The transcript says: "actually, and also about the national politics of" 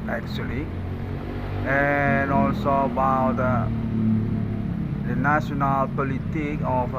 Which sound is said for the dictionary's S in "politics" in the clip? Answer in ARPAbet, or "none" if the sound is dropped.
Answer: none